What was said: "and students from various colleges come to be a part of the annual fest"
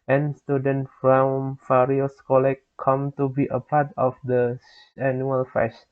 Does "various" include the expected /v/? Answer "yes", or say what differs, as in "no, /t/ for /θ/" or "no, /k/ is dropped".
no, /f/ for /v/